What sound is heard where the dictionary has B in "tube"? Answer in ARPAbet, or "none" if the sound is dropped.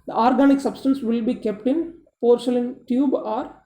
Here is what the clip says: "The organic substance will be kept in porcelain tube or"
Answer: B